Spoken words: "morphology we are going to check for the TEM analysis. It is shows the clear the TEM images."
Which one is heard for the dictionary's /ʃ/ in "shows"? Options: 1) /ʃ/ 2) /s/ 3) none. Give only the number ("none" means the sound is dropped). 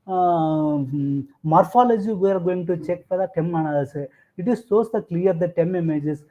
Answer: 2